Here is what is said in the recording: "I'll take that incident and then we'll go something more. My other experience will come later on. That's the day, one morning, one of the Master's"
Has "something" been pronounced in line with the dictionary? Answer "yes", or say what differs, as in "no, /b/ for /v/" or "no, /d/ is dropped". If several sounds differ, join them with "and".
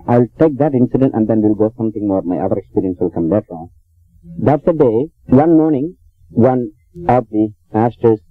no, /t/ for /θ/